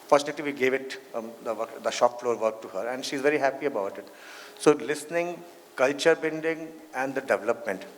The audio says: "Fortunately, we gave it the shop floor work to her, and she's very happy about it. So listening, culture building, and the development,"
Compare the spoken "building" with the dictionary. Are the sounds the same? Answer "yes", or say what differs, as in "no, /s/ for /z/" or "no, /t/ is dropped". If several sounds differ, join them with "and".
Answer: no, /n/ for /l/